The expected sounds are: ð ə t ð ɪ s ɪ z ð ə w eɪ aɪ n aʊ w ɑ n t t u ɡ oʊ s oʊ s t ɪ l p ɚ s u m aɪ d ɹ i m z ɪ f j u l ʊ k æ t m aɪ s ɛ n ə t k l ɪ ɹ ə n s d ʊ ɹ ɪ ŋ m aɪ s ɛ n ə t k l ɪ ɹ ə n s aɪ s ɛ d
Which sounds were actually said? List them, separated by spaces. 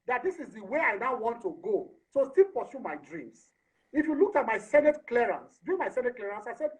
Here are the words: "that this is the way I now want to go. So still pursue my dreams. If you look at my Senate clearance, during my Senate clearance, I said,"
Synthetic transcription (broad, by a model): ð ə t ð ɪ s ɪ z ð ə w eɪ aɪ n aʊ w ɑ n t t u ɡ oʊ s oʊ s t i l p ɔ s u m aɪ d ɹ i m s ɪ f j u l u k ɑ t m aɪ s ɛ n ə t k l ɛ ɹ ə n s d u ɪ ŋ m aɪ s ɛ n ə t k l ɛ ɹ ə n s aɪ s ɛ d